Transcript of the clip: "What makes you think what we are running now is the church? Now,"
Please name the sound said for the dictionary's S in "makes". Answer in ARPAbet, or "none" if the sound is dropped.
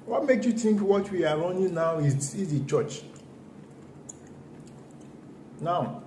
none